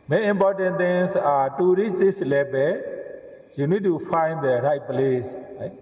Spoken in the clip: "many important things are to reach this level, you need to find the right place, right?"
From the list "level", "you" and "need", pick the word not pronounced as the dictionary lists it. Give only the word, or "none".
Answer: level